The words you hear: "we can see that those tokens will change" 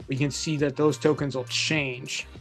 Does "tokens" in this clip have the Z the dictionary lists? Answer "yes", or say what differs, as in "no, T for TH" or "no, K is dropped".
yes